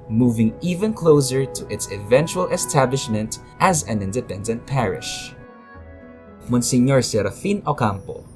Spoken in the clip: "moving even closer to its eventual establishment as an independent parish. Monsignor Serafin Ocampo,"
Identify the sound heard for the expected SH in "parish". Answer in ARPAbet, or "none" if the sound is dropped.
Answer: SH